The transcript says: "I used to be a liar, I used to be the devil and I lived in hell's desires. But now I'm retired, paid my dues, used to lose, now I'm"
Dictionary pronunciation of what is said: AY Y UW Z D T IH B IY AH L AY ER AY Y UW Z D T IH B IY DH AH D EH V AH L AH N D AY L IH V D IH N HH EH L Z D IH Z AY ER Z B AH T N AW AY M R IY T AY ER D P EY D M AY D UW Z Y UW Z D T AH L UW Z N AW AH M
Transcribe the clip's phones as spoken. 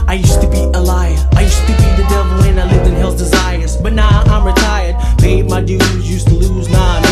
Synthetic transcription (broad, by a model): AY Y UW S T IH B IY AH L AY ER AY Y UW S T IH B IY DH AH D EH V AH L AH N AY L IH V IH N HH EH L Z D IH Z AY ER Z B AH T N AW AY M R IY T AY ER D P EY M AY D UW Z Y UW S T AH L UW Z N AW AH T